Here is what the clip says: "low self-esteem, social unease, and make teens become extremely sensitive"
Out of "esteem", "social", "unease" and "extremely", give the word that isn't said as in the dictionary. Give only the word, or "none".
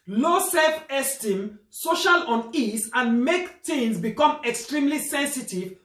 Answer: unease